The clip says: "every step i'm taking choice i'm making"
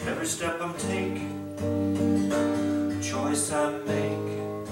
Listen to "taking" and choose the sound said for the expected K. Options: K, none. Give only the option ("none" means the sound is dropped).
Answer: none